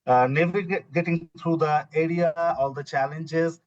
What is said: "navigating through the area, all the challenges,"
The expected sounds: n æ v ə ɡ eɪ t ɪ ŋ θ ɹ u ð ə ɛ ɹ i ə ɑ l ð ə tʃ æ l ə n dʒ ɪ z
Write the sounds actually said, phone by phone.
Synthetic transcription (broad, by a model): n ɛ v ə ɡ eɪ t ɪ ŋ t ɹ u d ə ɛ ɹ i ə ɑ l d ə tʃ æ l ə n dʒ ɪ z